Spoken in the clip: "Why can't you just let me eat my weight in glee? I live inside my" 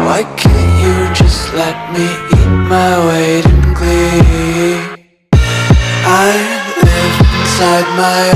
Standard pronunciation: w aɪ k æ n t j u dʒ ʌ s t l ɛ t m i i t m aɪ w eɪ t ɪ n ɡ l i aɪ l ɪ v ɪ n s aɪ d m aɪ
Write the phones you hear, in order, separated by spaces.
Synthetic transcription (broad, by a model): w aɪ k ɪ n j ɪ dʒ ʌ s t l ɛ t m i i t m aɪ w eɪ t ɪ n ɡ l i aɪ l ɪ ɪ n s aɪ d m aɪ